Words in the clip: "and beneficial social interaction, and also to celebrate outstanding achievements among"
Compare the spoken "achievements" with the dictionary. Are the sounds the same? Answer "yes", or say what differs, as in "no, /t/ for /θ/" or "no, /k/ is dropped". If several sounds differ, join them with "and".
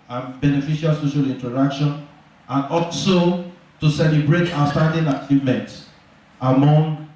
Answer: yes